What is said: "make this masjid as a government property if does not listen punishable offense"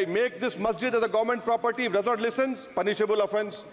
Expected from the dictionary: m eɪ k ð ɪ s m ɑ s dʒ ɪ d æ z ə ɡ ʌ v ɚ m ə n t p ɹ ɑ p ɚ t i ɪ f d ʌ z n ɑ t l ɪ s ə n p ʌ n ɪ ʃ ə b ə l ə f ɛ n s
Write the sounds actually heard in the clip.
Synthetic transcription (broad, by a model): m eɪ k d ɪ s m ɑ s dʒ ɪ d æ z ə ɡ ʌ v ɚ m ə n t p ɹ ɑ p ɚ t i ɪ d ʌ z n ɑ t l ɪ s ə n p ʌ n ɪ ʃ ə b ə l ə f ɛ n s